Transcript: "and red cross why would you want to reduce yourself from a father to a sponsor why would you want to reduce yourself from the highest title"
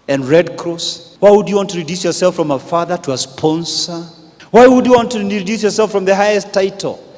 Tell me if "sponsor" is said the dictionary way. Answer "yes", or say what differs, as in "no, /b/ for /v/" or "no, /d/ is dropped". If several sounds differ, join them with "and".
yes